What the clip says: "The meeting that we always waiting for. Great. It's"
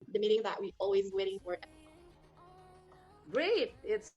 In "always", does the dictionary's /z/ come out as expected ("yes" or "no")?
yes